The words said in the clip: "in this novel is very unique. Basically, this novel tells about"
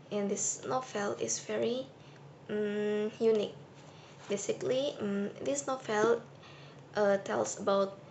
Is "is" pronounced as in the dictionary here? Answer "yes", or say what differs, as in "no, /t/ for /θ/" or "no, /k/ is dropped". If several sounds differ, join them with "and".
no, /s/ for /z/